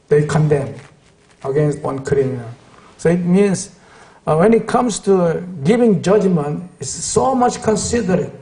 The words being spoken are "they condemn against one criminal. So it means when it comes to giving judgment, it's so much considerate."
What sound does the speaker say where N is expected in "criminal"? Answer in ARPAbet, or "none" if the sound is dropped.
none